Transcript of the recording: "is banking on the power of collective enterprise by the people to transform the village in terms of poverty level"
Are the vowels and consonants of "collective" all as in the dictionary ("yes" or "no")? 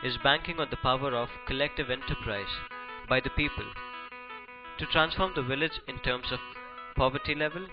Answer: yes